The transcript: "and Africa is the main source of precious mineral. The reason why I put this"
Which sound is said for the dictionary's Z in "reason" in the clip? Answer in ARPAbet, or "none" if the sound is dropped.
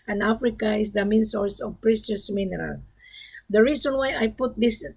S